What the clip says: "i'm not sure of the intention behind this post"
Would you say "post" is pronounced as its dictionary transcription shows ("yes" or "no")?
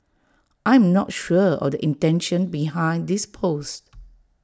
yes